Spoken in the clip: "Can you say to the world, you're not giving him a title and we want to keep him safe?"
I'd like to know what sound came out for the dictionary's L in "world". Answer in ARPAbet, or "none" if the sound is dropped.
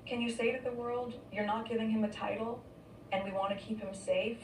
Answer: L